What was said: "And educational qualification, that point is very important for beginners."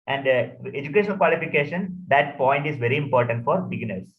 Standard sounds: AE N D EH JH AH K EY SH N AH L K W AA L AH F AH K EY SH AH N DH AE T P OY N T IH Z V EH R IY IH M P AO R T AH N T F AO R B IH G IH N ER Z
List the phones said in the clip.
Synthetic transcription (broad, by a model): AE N D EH JH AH K EY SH AH N K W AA L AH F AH K EY SH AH N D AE T P OY N T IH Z V EH R IY IH M P AO R T AH N T F AO R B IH G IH N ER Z